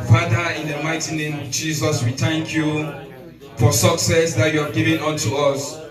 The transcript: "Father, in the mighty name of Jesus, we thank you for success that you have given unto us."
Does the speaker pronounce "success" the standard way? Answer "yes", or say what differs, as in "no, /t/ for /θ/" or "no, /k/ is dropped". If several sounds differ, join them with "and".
yes